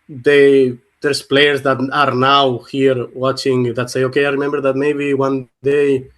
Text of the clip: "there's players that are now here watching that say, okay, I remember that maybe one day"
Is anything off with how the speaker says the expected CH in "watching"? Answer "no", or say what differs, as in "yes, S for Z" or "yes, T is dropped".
no